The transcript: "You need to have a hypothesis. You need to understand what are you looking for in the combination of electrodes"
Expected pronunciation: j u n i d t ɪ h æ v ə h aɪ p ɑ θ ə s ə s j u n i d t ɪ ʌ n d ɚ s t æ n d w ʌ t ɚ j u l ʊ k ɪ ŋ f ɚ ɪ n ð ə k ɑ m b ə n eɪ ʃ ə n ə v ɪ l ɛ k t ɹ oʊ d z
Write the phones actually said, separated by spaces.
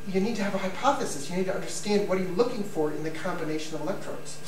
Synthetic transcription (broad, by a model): j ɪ n i d t ɪ v ə h aɪ p ɑ θ ə s ə s j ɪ n i d t ɪ ʌ n d ɚ s t æ n d w ʌ t ɚ j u l ʊ k ɪ ŋ f ɚ ɪ n ð ə k ɑ m b ə n eɪ ʃ ə n ə v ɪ l ɛ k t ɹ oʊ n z